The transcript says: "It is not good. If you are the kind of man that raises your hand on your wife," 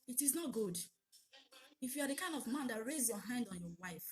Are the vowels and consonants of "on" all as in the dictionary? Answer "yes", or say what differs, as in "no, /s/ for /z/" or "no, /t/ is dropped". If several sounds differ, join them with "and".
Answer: yes